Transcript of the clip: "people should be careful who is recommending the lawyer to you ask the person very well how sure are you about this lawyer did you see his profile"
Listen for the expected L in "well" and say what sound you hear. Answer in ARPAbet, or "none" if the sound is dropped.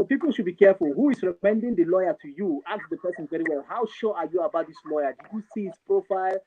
L